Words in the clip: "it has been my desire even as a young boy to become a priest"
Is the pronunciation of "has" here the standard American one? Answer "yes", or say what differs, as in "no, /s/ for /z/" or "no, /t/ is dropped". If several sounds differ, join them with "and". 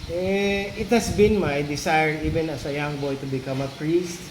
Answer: no, /s/ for /z/